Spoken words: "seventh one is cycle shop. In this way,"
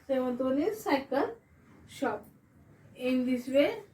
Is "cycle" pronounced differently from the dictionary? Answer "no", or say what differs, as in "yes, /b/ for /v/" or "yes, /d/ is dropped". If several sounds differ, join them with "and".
no